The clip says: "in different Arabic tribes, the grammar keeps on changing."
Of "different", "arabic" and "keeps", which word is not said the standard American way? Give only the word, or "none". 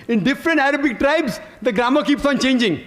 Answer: none